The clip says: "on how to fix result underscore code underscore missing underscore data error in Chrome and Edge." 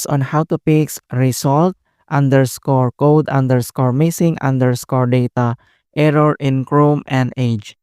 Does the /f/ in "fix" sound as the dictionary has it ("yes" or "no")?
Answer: no